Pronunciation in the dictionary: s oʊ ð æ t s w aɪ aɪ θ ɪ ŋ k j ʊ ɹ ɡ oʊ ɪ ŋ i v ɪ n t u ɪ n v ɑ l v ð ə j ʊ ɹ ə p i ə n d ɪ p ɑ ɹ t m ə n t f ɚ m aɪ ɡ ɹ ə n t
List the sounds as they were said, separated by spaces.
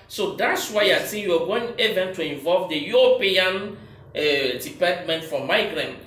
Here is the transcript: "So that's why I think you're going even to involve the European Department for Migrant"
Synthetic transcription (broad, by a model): s oʊ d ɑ t s w aɪ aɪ s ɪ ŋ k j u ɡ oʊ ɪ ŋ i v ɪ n t u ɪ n v ɑ l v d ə j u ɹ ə p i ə n d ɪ p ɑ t m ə n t f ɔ m aɪ ɡ ɹ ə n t